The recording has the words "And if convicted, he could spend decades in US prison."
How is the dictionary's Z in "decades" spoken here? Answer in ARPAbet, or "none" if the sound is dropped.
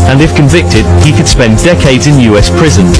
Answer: Z